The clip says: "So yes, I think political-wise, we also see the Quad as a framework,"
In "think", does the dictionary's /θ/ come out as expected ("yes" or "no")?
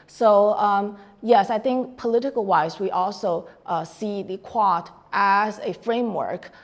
yes